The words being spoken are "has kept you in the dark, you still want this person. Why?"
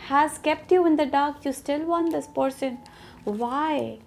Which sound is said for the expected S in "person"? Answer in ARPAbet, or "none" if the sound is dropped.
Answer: SH